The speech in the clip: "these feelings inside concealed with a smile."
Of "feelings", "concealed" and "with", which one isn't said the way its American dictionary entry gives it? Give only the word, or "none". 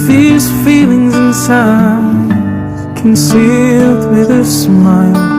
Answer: none